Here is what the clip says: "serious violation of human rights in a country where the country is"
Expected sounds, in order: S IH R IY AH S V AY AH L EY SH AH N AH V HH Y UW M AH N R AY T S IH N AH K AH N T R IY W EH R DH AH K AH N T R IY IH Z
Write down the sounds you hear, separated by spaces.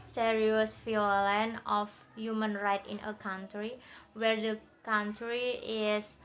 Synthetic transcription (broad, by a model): S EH R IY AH S F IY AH L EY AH N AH F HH Y UW M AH N R AY T IH N AH K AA N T R IY W EH R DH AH K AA N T R IY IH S